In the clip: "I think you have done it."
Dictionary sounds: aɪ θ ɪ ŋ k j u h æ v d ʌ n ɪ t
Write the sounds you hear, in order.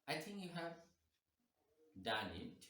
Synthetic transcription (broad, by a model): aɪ t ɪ ŋ k j u h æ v d ʌ n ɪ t